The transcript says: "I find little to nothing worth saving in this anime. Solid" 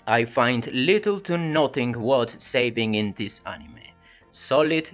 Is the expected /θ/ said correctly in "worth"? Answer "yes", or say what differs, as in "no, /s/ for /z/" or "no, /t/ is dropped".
no, /t/ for /θ/